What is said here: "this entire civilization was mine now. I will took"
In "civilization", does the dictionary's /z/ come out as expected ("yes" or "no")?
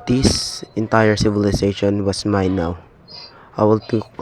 no